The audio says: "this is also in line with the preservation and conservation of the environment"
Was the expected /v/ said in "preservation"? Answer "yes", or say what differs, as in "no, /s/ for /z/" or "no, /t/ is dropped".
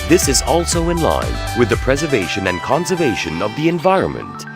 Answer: yes